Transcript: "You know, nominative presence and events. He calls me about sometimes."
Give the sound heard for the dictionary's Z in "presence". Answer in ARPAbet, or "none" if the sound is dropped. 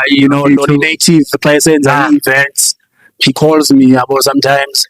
S